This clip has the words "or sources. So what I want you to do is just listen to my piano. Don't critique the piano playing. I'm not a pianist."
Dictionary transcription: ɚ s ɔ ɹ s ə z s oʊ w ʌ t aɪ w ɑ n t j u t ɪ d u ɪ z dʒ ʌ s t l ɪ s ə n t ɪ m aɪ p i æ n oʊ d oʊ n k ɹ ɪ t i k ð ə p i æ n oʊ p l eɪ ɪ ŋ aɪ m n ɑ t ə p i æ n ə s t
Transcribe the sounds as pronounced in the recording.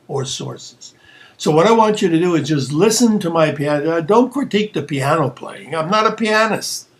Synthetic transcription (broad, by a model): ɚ s ɔ ɹ s ə z s oʊ w ʌ t aɪ w ɑ n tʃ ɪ t ɪ d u ɪ z dʒ ʌ s t l ɪ s ə n t ɪ m aɪ p i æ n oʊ d oʊ n k ɹ ɪ t i k ð ə p i æ n oʊ p l eɪ ɪ ŋ aɪ m n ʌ t ə p i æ n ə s